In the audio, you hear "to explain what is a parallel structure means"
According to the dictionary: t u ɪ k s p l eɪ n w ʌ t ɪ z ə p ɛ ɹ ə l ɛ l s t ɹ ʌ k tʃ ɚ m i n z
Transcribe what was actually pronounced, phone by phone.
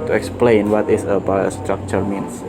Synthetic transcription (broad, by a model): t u ɪ k s p l eɪ n w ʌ t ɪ s ə b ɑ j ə s t ɹ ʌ k tʃ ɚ m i n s